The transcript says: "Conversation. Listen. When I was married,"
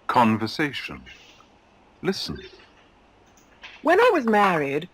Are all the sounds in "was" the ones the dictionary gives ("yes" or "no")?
yes